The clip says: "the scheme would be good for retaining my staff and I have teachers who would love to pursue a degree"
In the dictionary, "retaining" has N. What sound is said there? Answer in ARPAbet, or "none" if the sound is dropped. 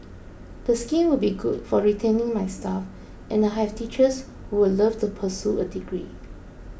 N